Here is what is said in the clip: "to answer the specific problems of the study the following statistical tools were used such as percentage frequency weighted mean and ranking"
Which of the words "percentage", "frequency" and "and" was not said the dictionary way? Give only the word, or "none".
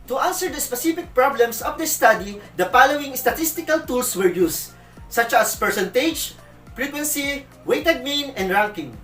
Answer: frequency